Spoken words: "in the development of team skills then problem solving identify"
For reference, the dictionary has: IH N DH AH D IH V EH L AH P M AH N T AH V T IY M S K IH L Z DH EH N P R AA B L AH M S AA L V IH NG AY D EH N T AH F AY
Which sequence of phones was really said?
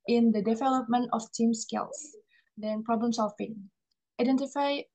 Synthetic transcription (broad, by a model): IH N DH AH D IH V EH L AH P M AH N T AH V T IY M S K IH L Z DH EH N P R AA B L AH M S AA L F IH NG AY D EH N T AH F AY